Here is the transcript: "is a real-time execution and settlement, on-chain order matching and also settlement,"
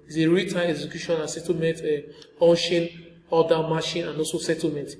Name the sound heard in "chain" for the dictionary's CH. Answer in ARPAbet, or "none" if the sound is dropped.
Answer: SH